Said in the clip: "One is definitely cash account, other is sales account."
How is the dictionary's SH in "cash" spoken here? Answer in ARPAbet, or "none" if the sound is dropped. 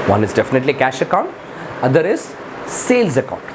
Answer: SH